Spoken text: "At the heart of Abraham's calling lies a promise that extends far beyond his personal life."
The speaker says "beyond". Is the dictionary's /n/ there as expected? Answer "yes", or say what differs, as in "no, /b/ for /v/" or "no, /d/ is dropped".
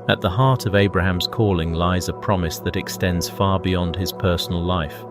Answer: yes